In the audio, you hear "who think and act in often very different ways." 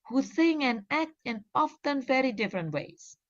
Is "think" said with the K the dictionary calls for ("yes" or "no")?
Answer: no